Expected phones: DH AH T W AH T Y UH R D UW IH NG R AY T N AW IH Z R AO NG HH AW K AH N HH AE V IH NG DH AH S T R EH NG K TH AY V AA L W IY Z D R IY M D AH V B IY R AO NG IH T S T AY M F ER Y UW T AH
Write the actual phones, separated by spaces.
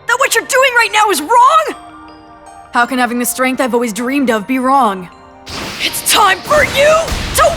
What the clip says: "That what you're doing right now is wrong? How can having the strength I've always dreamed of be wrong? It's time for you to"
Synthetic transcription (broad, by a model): DH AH T W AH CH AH R D UW IH NG R AY T N AW IH Z R AO NG HH AW K AH N HH AE V IH NG DH AH S T R EH NG K TH AY V AA L W IY Z D R IY M D AH V B IY R AO NG IH T S T AY M F ER Y UW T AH